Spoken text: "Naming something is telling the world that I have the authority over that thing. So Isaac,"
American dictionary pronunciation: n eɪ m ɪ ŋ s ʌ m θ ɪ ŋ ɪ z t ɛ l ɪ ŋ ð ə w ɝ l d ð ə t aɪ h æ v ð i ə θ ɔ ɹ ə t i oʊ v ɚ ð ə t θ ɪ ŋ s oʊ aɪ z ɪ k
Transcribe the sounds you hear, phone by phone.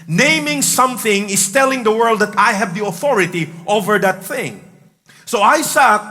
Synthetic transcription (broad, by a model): n eɪ m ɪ ŋ s ʌ m θ ɪ ŋ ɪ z t ɛ l ɪ ŋ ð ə w ɝ l d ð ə t aɪ h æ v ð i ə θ ɔ ɹ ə t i oʊ v ɚ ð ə t θ ɪ ŋ s oʊ aɪ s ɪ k